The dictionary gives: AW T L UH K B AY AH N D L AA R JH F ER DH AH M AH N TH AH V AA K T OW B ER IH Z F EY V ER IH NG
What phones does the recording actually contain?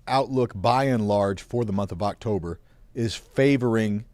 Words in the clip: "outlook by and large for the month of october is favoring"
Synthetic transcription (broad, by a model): AW T L UH K B AY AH N L AA R JH F ER DH AH M AH N TH AH V AA K T OW B ER IH Z F EY V ER IH NG